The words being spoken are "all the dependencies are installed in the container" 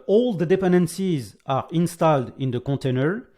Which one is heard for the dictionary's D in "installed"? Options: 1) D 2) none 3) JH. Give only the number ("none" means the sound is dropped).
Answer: 1